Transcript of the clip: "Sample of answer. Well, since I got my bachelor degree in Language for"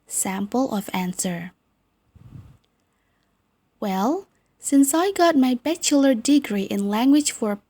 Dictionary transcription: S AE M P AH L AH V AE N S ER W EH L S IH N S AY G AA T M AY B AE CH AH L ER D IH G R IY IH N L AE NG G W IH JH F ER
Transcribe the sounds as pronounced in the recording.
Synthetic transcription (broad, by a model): S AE M P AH L AH V AE N S ER W EH L S IH N S AY G AA T M AY B AE CH AH L ER D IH G R IY IH N L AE NG G W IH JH F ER